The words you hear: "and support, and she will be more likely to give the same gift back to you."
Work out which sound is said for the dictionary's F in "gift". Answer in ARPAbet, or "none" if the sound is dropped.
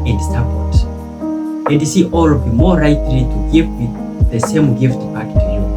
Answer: F